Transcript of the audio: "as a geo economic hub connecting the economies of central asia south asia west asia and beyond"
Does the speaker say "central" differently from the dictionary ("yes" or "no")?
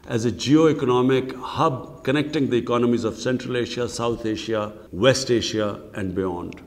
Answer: no